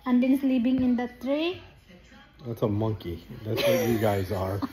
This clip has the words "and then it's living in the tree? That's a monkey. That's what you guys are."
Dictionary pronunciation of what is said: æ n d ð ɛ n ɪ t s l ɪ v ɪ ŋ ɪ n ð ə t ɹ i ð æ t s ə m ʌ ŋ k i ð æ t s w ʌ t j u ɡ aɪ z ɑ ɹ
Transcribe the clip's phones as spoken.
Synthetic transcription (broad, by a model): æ n d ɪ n s l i p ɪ ŋ ɪ n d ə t ɹ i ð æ t s ə m ʌ ŋ k i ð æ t s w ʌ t j u ɡ aɪ z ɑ ɹ